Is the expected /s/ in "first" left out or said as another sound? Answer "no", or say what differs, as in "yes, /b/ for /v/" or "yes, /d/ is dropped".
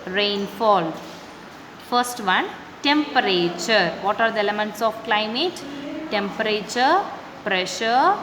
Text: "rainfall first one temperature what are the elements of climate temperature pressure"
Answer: no